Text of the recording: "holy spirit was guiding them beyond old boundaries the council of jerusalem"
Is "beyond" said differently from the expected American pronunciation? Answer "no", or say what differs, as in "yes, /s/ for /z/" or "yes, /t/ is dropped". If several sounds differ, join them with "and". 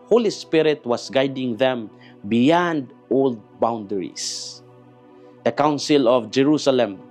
no